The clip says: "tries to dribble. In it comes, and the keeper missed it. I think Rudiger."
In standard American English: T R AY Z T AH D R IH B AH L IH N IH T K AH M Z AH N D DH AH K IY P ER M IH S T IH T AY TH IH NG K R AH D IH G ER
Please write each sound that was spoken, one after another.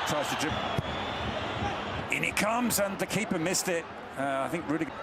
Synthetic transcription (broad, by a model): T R AY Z T AH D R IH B IH N IH T K AH M Z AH N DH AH K IY P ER M IH S T IH T AY TH IH NG K R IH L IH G